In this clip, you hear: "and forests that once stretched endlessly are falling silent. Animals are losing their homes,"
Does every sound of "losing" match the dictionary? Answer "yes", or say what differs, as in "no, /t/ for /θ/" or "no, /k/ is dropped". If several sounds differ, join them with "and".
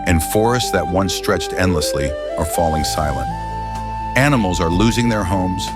yes